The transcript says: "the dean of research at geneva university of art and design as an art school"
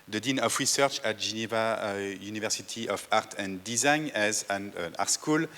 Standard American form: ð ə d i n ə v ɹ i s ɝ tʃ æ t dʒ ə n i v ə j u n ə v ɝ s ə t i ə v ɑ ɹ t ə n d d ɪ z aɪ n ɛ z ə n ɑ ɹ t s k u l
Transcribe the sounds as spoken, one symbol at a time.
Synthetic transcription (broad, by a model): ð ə d i n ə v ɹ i s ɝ tʃ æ t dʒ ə n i v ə j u n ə v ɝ s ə t i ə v ɑ ɹ t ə n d d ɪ z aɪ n ɛ z ə n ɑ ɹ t s k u l